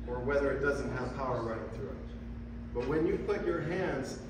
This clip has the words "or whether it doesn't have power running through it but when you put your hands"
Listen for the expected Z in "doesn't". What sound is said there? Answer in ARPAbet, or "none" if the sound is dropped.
Z